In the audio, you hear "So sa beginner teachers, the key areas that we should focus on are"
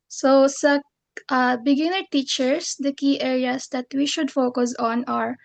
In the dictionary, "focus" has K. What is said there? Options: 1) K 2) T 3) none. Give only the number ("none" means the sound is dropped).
1